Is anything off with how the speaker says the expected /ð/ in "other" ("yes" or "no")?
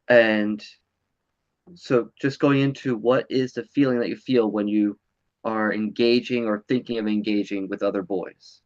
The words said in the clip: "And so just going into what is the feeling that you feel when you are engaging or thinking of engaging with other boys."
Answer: no